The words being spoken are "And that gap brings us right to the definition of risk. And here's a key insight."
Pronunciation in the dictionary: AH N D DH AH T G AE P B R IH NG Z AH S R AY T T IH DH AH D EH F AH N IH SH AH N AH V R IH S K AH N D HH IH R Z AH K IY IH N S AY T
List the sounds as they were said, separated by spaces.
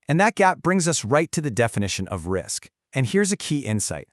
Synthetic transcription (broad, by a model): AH N DH AH T G AE P B R IH NG Z AH S R AY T T IH DH AH D EH F AH N IH SH AH N AH V R IH S K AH N HH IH R Z AH K IY IH N S AY T